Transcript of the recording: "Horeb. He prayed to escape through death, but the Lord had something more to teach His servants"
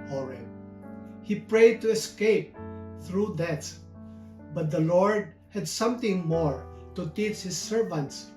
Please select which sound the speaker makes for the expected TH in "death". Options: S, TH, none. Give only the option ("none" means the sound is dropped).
S